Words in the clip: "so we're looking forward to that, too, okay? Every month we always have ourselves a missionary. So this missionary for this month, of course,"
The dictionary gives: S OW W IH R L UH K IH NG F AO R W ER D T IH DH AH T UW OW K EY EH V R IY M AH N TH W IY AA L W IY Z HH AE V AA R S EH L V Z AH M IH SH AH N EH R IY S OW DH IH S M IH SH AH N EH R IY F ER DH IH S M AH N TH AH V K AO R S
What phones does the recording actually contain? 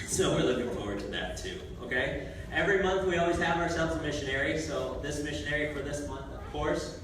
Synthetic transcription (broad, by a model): S OW W IH R L UH K IH NG F AO R W ER D T IH DH AH T UW OW K EY EH V R IY M AH N TH W IY AA L W IY Z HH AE V AA R S EH L V Z AH M IH SH AH N EH R IY S OW DH IH S M IH SH AH N EH R IY F ER DH IH S M AH N TH AH V K AO R S